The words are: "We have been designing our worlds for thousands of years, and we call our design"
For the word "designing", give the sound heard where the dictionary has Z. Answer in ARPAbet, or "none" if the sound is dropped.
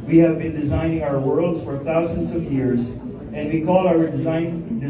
Z